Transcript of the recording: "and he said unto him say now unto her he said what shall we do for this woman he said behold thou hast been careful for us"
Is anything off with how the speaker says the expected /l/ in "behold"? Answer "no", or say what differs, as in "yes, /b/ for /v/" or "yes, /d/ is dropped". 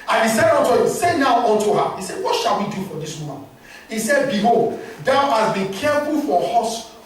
yes, /l/ is dropped